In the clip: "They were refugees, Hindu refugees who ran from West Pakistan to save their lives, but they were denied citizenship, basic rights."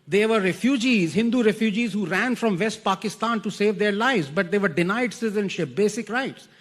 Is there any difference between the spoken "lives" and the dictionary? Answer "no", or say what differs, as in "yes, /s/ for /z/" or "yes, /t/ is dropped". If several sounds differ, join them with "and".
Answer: no